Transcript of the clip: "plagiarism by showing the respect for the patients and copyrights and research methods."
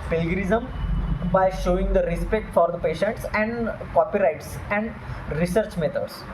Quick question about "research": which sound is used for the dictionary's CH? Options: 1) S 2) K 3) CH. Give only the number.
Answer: 3